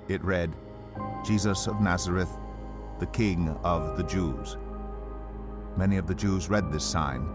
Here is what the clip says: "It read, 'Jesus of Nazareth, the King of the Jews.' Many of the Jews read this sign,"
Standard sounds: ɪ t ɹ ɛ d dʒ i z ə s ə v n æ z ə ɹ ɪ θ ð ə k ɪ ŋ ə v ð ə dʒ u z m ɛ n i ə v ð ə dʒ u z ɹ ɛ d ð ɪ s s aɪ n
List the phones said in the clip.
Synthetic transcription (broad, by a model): ɪ t ɹ ɛ d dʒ i z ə s ə v n æ z ə ɹ ɪ θ ð ə k ɪ ŋ ə v ð ə dʒ u z m ɛ n i ə v ð ə dʒ u z ɹ ɛ d ð ɪ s s aɪ n